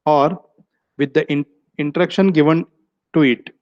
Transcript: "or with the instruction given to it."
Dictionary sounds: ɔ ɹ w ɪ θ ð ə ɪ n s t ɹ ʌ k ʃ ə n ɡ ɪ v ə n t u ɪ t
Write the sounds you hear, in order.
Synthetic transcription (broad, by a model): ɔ ɹ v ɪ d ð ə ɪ n t ɹ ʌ k ʃ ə n ɡ ɪ v ə n t u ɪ t